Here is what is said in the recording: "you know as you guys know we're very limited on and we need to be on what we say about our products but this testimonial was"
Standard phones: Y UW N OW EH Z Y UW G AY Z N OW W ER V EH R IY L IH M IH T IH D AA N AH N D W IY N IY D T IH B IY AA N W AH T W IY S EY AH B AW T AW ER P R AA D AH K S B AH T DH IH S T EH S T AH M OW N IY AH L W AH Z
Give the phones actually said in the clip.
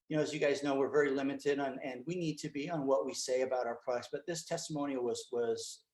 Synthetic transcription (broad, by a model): Y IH N OW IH Z Y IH G AY Z N OW W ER V EH R IY L IH M IH T IH D N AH N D W IY N IY D T IH B IY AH N W AH T W IY S EY AH B AW T AW ER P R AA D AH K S B AH T DH IH S T EH S T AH M OW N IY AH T W AH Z